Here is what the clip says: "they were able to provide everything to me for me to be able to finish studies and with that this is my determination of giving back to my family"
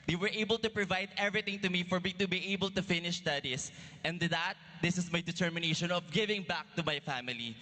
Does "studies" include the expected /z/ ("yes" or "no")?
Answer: no